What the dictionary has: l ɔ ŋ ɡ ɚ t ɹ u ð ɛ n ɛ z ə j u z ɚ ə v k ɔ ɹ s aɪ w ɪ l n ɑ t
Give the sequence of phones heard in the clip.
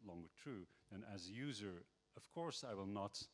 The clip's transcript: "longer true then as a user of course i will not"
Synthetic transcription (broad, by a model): l ɔ ŋ ɡ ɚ t ɹ u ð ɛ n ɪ z ə j u z ɚ ə v k ɔ ɹ s aɪ w ɪ l n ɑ t